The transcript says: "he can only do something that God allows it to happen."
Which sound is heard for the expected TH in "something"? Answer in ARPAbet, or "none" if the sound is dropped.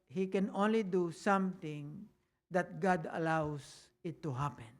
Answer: T